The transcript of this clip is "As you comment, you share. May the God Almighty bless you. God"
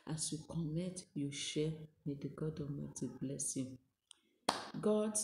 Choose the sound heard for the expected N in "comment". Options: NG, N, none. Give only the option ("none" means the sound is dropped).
none